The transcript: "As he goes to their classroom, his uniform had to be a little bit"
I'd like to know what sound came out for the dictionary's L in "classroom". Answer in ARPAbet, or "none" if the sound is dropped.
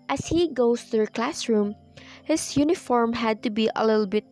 L